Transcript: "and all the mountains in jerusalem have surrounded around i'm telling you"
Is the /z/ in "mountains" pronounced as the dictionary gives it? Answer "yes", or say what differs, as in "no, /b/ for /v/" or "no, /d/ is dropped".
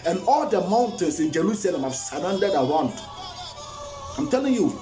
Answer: no, /s/ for /z/